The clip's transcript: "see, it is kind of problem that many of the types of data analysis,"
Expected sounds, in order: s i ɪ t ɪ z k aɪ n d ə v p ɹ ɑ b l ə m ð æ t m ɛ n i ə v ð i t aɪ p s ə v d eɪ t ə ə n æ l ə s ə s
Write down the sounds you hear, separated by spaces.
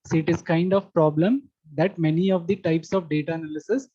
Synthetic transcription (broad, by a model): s ɪ t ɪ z k aɪ n d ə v p ɹ ɑ b l ə m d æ t m ɛ n i ə v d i t aɪ p s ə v d eɪ t ə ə n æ l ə s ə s